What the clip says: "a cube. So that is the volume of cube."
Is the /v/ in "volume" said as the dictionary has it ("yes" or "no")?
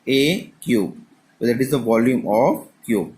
yes